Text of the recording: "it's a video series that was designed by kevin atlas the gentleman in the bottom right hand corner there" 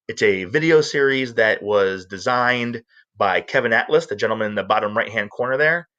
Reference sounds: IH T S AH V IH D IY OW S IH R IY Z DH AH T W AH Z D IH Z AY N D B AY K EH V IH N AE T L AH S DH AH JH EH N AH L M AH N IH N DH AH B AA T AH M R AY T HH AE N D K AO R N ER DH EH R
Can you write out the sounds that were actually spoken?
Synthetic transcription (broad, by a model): IH T S AH V IH D IY OW S IH R IY Z DH AH T W AH Z D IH Z AY N B AY K EH V IH N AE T L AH S DH AH JH EH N L M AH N IH N DH AH B AA T AH M R AY T HH AE N D K AO R N ER DH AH R